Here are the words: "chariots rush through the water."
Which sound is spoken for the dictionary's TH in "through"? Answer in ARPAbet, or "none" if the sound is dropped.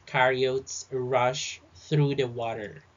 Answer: TH